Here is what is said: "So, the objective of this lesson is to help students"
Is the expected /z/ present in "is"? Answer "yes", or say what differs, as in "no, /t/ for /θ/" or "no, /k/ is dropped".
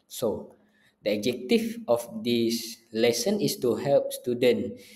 no, /s/ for /z/